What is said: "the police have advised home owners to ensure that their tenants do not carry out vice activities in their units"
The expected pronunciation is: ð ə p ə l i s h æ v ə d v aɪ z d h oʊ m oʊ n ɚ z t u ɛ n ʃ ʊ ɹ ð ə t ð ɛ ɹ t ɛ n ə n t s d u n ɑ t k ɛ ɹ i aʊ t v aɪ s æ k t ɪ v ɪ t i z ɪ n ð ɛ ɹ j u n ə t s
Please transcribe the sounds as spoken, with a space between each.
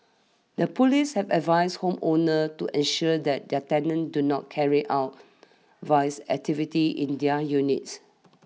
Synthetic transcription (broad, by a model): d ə p ə l i s h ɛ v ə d v aɪ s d h oʊ m oʊ n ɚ t u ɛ n ʃ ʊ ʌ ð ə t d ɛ t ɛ n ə n d u n ɑ t k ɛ ɹ i aʊ t v aɪ s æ k t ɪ v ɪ t i ɪ n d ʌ j u n ə t s